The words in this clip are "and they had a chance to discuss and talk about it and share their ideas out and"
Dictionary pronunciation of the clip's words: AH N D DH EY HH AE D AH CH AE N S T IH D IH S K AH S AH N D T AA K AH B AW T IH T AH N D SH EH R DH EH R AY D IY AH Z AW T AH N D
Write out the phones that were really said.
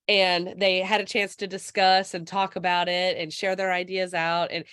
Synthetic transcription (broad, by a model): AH N DH EY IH D AH CH AE N S T IH D IH S K AH S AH N T AA K AH B AW T IH T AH N SH EH R DH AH R AY D IY AH Z AW T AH N